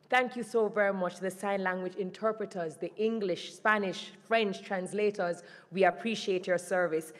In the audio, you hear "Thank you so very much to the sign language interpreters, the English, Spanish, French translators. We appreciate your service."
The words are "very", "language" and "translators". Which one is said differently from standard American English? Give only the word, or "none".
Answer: none